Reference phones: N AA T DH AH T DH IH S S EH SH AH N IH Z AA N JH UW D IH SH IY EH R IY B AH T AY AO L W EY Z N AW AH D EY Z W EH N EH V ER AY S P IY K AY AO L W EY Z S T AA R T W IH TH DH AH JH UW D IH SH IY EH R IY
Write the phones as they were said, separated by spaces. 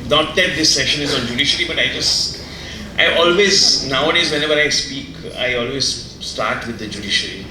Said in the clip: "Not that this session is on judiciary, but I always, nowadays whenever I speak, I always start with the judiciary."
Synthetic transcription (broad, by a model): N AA T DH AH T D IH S S EH SH AH N IH Z AA N JH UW D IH SH IY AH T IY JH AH T AY AO L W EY Z N AW AH D EY Z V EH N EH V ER AY S P IY K AY AO L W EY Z S T AA R T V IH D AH JH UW D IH SH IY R IY